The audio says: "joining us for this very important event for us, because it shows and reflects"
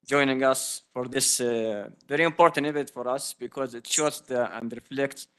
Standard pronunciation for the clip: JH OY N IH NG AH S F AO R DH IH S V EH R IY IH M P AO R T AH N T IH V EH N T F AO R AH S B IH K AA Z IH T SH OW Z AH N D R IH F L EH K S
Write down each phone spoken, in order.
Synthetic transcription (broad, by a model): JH OY N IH NG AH S F AO R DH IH S V EH R IY IH M P AO R T AH N T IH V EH T F AO R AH S B IH K AA Z IH T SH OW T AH N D R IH F L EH K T